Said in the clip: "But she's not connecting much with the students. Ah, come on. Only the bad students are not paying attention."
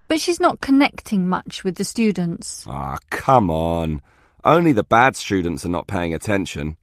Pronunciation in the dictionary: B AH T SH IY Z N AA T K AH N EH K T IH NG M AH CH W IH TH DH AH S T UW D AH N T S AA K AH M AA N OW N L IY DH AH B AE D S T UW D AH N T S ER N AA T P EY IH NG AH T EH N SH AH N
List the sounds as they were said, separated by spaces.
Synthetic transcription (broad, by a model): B AH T SH IY Z N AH T K AH N EH K T IH NG M AH CH W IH DH AH S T UW D N T S AA K AH M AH N OW N L IY DH AH B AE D S T UW D N T S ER N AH T P EY IH NG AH T EH N SH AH N